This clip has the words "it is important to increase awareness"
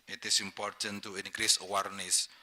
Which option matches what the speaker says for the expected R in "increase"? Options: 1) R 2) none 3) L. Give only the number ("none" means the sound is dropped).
1